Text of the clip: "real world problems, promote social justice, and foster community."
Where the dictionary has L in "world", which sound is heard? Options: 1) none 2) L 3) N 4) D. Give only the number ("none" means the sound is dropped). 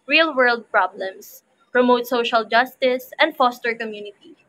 2